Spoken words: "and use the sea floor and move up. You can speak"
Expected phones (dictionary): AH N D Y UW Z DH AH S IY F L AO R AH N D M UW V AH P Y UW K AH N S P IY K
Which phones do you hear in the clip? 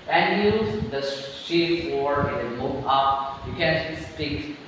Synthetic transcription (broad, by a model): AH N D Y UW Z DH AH SH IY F W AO R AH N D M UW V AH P Y UW K AH N S P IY K